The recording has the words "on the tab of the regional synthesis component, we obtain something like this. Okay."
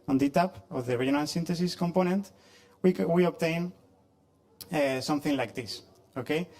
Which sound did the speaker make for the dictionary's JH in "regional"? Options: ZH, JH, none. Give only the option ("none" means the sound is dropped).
none